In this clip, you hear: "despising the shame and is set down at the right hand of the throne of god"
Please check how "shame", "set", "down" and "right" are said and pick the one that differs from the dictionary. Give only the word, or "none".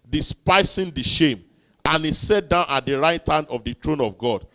none